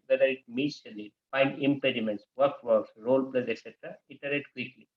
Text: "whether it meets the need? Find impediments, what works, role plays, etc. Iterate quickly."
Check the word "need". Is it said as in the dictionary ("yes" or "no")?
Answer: no